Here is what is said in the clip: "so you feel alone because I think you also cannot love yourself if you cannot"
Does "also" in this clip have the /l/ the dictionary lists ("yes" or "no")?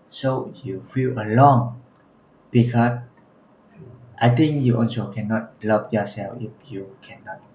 no